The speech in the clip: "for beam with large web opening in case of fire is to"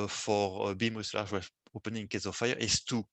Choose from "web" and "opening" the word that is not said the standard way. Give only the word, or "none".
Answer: web